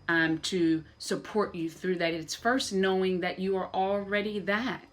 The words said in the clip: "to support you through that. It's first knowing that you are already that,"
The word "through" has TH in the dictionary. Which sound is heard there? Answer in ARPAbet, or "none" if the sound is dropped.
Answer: TH